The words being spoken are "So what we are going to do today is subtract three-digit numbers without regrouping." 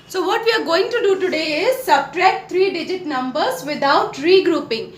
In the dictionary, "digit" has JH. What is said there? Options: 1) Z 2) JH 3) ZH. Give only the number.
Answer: 2